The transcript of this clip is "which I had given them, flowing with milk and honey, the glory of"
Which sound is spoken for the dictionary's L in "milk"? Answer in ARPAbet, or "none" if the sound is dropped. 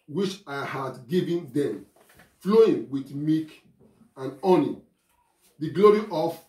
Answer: none